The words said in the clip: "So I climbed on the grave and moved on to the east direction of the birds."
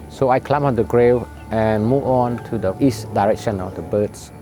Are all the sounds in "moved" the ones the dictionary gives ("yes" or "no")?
no